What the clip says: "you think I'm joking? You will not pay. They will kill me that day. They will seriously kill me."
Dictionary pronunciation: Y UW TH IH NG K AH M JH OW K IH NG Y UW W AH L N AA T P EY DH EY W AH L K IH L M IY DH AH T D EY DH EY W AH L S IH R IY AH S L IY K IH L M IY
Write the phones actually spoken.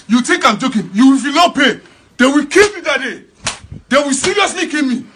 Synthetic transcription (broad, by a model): Y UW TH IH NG K AH M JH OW K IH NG Y UW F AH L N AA P EY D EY W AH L K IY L M IY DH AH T D EY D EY W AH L S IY R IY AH S L IY K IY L M IY